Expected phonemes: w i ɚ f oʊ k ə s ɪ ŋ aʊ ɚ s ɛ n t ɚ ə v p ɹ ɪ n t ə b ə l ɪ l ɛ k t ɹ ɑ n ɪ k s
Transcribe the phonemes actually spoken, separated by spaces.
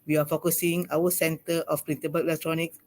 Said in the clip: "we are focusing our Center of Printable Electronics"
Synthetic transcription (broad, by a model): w i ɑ f oʊ k ə s ɪ ŋ aʊ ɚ s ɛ n t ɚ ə f p ɹ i n s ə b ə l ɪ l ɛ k t ɹ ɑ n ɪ k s